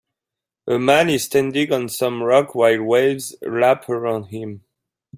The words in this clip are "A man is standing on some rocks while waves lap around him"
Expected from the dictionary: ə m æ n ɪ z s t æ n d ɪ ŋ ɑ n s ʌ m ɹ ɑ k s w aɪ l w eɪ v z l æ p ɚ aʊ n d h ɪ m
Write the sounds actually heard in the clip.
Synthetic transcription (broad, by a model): ə m æ n ɪ z s t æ n d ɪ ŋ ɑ n s ʌ m ɹ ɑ k w aɪ l w eɪ v z l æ p ɚ aʊ n d h ɪ m